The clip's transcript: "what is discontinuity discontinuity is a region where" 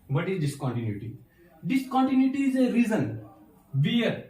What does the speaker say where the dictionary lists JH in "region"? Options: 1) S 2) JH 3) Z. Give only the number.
3